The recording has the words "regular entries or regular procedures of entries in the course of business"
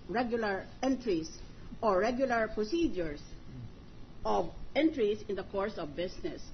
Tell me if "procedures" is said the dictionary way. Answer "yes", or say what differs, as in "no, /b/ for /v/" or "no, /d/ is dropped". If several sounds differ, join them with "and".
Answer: no, /s/ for /z/